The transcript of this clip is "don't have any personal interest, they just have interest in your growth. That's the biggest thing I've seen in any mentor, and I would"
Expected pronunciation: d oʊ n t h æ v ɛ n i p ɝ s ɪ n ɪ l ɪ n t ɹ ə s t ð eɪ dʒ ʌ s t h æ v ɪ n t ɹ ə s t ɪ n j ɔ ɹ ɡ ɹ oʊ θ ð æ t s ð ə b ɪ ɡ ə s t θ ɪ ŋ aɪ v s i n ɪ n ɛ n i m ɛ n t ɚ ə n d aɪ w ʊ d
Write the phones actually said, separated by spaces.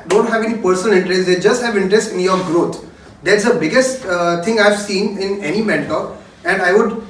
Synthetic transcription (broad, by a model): d oʊ n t h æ v ɛ n i p ɝ s ɪ n ɪ l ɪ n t ɹ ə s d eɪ dʒ ʌ s t h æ v ɪ n t ɹ ə s t ɪ n j ɔ ɹ ɡ ɹ oʊ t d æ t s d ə b ɪ ɡ ə s t t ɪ ŋ aɪ v s i n ɪ n ɛ n i m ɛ n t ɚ ə n d aɪ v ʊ d